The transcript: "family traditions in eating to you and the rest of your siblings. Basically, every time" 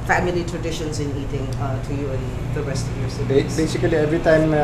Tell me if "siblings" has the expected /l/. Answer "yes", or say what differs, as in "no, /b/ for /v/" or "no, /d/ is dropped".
no, /l/ is dropped